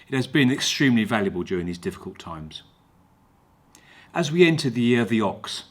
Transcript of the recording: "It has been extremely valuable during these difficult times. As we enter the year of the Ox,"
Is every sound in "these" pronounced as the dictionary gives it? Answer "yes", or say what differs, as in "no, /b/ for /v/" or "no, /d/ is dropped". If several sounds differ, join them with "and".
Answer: yes